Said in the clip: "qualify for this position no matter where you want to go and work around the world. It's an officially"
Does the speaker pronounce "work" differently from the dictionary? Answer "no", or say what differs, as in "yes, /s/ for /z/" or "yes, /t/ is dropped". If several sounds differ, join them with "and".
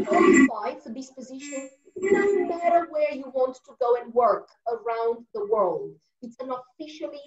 no